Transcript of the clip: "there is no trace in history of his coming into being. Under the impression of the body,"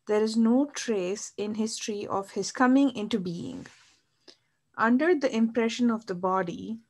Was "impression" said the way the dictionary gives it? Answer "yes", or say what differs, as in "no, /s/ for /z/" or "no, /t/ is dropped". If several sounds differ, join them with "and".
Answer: yes